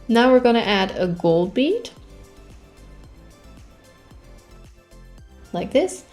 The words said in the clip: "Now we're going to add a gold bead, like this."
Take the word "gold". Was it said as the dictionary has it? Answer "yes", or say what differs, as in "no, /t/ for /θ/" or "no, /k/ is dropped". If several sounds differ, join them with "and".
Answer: yes